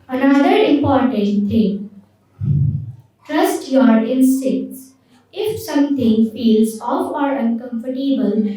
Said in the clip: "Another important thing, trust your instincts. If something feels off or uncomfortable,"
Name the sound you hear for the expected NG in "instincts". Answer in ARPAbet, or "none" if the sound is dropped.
none